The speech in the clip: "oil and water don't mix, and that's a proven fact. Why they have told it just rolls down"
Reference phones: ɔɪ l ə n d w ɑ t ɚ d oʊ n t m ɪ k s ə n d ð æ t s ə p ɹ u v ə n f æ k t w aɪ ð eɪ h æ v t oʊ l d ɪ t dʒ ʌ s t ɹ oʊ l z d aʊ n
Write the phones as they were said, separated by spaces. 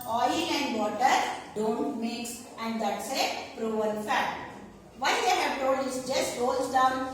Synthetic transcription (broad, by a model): ɔɪ l ə n d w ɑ t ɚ d oʊ n t m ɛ k s ə n d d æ t s ə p ɹ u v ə l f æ t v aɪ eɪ h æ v t oʊ l d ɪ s dʒ ʌ s t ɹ oʊ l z d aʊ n